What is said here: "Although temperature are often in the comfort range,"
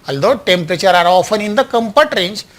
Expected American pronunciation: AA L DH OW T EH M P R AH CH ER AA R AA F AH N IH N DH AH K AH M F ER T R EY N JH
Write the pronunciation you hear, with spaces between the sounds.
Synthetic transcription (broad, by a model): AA L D OW T EH M P R AH CH ER AA R AA F AH N IH N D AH K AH M P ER T R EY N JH